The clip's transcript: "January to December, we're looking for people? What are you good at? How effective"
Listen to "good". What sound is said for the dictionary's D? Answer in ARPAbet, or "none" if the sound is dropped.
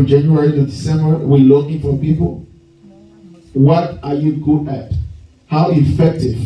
none